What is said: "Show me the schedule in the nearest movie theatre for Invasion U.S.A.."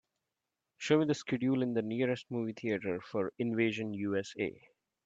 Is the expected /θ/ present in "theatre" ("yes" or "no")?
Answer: no